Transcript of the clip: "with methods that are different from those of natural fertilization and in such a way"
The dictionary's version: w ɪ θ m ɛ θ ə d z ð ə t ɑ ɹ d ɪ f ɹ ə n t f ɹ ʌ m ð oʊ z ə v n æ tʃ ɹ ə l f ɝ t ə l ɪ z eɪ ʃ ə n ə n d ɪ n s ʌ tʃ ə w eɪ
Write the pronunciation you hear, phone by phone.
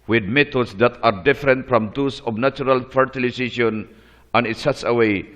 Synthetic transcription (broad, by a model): w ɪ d m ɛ t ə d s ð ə t ɑ ɹ d ɪ f ɹ ə n t f ɹ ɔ m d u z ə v n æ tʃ ɹ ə l f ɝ t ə l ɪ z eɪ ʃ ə n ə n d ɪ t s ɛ s ə w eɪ